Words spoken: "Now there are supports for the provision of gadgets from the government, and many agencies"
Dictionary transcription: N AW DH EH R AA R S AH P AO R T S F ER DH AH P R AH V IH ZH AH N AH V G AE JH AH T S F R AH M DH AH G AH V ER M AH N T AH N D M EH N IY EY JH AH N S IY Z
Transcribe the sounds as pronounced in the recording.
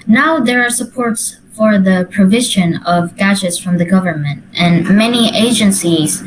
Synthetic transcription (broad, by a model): N AW DH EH R AA R S AH P AO R T S F ER DH AH P R AH V IH ZH AH N AH V G AE JH AH T S F R AH M DH AH G AH V ER M AH N T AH N M EH N IY EY JH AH N S IY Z